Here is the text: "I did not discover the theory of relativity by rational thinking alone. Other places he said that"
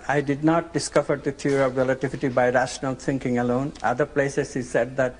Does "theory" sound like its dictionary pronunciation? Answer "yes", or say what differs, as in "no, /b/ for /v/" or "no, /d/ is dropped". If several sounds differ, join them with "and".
no, /t/ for /θ/